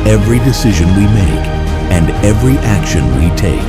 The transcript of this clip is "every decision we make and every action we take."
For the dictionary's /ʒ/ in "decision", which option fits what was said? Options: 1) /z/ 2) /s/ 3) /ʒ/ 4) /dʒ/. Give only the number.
3